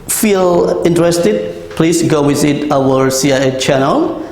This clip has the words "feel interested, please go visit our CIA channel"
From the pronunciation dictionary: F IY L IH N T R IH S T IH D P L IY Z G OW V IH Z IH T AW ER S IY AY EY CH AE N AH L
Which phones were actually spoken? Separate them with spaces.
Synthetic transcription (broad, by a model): F IY L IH N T R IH S T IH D P L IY S G OW W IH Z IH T AW ER S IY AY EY CH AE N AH L